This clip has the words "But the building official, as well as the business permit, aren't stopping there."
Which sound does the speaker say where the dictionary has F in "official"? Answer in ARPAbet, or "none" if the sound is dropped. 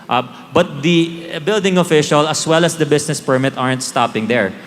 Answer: F